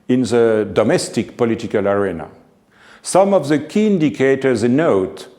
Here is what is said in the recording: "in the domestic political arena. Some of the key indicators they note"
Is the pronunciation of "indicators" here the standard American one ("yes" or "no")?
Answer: yes